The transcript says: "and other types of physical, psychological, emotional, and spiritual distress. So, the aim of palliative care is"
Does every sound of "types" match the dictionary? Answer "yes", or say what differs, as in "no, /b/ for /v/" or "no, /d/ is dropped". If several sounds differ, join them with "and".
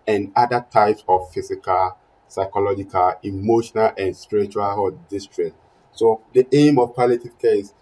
yes